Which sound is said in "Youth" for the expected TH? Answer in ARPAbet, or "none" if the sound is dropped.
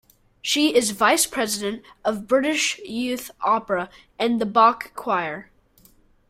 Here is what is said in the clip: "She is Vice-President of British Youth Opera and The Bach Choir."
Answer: TH